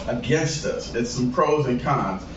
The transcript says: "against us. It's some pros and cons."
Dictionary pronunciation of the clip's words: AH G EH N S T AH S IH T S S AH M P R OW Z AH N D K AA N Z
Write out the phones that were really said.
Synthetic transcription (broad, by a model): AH G EH N S T AH S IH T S S AH M P R OW Z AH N K AA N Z